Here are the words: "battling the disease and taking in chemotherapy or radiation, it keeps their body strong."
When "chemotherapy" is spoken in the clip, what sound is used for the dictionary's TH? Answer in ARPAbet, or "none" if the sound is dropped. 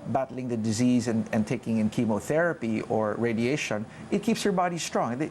TH